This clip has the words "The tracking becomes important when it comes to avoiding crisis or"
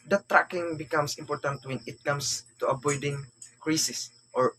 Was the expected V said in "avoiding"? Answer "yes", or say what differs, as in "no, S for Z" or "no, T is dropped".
no, B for V